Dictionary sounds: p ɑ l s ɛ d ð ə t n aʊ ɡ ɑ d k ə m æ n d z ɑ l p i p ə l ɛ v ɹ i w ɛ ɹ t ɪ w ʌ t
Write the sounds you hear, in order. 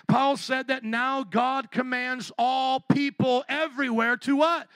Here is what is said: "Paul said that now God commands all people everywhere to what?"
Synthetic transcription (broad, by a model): p ɑ l s ɛ d ð ə t n aʊ ɡ ɑ d k ə m æ n d z ɑ l p i p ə l ɛ v ɹ i w ɛ ɹ t ɪ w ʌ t